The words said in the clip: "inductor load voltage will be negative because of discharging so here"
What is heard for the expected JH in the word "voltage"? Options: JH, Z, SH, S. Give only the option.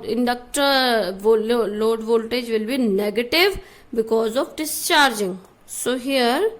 JH